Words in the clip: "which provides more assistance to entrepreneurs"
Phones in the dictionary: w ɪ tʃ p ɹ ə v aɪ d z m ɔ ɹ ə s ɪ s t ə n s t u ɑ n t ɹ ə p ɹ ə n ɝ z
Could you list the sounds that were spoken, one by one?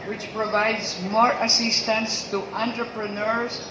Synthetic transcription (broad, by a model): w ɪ tʃ p ɹ ə v aɪ d z m ɔ ɹ ə s ɪ s t ə n s t u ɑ n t ɹ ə p ɹ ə n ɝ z